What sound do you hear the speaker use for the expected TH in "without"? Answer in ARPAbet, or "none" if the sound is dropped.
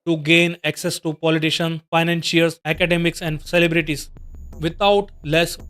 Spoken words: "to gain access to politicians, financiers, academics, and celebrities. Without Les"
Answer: T